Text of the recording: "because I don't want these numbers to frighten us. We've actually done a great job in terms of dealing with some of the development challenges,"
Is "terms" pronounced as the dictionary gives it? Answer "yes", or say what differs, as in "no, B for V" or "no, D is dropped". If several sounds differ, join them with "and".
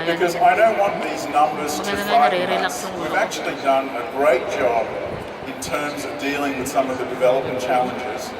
yes